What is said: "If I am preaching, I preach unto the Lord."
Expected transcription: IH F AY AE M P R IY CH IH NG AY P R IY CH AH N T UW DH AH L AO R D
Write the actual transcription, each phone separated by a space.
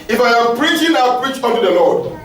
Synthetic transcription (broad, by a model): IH F AY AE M P R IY CH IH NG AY P R IY CH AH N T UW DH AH L AO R D